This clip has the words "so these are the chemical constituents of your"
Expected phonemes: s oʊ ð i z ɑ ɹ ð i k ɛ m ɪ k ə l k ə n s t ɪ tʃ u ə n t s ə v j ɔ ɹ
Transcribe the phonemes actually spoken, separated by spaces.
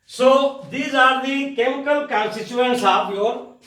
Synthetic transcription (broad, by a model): s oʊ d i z ɑ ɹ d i k ɛ m ɪ k ə l k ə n s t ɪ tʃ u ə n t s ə p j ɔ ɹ